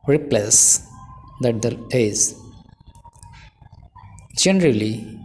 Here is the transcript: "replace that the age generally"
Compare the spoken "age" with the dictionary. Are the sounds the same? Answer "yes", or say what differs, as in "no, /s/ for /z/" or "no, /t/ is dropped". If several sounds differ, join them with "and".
no, /z/ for /dʒ/